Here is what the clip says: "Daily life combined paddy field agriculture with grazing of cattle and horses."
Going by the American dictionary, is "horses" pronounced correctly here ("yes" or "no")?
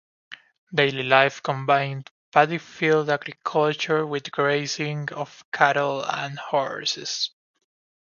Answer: no